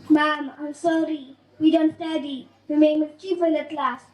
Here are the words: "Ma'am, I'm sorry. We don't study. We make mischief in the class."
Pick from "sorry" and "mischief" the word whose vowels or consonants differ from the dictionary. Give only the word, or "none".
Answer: mischief